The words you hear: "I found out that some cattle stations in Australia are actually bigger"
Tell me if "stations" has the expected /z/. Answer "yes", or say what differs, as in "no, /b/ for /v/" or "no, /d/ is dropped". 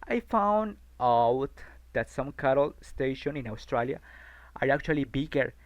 no, /z/ is dropped